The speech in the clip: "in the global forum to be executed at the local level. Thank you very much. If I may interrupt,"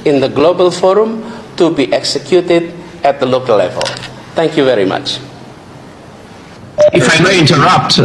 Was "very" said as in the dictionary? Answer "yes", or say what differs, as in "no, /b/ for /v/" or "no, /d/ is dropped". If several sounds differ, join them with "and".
yes